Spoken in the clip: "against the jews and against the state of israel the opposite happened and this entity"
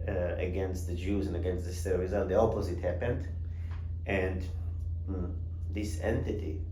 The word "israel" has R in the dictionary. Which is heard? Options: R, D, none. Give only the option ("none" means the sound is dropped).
none